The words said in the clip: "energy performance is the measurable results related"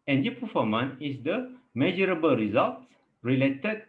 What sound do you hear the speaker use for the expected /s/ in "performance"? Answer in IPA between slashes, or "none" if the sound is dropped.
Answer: none